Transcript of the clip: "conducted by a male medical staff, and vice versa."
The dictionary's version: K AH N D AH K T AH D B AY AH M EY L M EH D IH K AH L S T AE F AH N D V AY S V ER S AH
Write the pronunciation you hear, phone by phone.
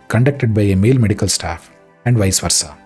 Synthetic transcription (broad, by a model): K AH N D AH K T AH D B AY AH M EY L M EH D IH K AH L S T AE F AH N D V AY S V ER S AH